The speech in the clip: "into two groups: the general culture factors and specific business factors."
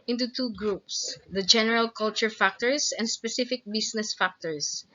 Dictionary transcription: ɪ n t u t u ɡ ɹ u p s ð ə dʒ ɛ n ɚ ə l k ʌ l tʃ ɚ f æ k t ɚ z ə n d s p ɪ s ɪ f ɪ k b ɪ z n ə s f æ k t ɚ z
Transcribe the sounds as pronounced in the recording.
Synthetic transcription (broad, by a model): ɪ n t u t u ɡ ɹ u p s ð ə dʒ ɛ n ɚ ə l k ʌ l tʃ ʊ f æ k t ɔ s ə n d s p ɪ s ɪ f ɪ k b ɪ s n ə s f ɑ k t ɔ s